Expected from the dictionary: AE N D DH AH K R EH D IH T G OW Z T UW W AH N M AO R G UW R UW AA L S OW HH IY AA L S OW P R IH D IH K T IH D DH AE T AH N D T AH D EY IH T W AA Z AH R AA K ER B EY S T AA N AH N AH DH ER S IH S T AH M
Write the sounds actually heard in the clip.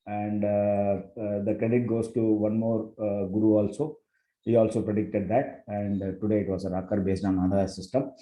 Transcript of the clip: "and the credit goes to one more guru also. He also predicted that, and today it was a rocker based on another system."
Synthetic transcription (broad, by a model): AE N D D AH K R EH D IH T G OW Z T UW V AH N M AO R G UW R UW AA L S OW HH IY AA L S OW P R IH D IH K T IH D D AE T AH N D T AH D EY IH T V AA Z AH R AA K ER B EY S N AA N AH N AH ER S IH S T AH M